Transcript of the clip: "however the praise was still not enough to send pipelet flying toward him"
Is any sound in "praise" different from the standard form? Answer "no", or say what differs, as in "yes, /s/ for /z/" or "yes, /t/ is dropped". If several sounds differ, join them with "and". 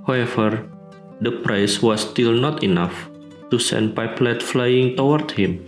yes, /s/ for /z/